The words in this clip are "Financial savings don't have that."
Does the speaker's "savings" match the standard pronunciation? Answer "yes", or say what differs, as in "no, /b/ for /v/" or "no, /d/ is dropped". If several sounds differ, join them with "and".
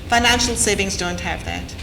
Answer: yes